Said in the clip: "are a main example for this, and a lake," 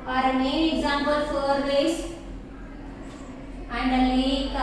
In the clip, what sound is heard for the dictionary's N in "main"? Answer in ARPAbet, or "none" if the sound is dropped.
none